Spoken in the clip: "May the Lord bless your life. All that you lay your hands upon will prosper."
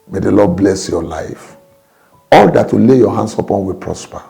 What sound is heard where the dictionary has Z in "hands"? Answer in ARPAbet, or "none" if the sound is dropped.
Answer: S